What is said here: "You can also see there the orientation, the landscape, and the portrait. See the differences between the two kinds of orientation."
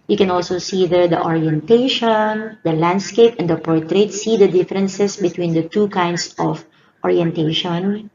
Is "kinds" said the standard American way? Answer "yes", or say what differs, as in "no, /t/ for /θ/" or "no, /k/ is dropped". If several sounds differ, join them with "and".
no, /s/ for /z/